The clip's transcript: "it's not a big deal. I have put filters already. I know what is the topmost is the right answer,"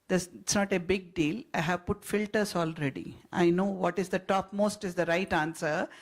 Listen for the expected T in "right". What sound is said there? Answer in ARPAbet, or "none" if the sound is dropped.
T